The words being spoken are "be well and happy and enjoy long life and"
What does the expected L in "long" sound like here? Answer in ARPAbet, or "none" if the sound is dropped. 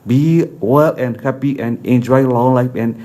L